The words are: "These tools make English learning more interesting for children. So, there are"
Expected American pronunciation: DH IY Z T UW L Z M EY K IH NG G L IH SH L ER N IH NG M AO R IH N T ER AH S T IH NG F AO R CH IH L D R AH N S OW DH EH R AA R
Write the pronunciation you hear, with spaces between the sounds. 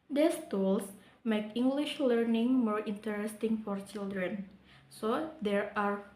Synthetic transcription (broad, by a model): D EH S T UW L S M EY K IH NG G L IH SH L ER N IH NG M AO R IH N T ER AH S T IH NG F AO R CH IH L D R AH N S OW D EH R AA R